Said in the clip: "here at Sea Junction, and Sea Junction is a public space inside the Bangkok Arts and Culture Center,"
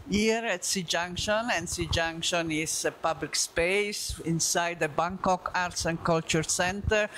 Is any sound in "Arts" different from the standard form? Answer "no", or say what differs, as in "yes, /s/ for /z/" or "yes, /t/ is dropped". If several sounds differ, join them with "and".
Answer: no